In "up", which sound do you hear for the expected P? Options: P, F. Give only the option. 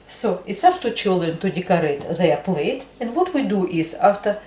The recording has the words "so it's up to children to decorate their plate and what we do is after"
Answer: F